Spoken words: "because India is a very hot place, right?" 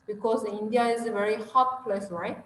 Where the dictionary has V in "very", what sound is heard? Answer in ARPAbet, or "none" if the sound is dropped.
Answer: V